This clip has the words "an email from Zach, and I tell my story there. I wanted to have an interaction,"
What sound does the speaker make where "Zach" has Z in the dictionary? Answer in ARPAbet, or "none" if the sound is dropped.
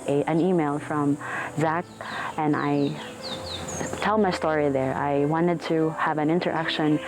Z